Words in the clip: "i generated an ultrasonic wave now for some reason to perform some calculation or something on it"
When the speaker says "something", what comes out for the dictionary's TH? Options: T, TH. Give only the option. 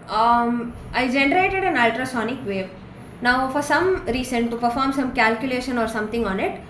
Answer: T